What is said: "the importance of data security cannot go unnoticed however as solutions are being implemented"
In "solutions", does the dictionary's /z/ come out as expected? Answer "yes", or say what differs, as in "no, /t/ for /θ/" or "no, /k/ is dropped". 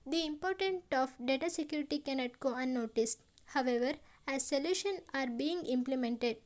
no, /z/ is dropped